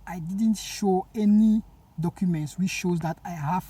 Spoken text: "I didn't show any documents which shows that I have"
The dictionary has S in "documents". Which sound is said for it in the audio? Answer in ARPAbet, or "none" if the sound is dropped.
S